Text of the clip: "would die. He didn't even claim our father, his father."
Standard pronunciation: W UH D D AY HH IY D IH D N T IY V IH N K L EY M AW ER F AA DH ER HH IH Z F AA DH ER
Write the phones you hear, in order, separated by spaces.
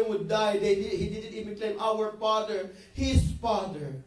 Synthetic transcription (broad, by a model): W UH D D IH HH IY D IH D N T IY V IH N K L EY M AW ER F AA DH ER HH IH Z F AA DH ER